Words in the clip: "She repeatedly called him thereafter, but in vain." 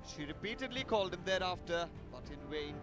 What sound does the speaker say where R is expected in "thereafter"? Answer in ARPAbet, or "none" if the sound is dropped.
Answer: R